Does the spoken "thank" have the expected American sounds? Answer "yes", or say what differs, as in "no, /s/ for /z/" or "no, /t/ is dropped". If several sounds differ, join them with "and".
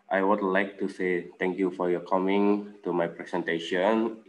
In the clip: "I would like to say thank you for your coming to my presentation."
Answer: no, /t/ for /θ/